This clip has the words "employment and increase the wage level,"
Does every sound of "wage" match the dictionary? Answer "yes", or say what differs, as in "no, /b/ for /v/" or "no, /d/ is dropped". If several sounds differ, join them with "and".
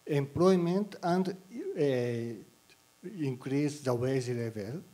no, /z/ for /dʒ/